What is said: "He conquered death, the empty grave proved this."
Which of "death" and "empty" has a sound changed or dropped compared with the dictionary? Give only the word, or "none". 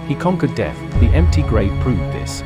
none